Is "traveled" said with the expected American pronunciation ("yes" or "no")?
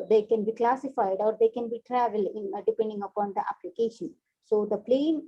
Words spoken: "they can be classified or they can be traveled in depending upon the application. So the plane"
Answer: yes